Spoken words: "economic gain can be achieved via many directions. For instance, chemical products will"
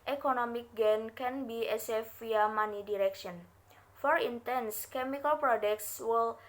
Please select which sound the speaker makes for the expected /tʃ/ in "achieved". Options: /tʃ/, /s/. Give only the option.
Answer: /s/